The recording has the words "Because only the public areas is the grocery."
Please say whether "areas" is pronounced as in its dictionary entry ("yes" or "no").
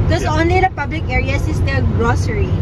no